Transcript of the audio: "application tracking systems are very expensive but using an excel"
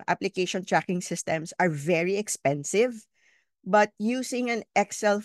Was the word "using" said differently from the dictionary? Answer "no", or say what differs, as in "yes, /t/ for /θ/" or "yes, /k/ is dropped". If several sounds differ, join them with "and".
yes, /s/ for /z/